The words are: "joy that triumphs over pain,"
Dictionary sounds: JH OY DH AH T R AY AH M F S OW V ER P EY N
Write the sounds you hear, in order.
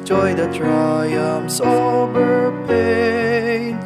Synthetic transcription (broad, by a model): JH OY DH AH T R AY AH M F S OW B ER P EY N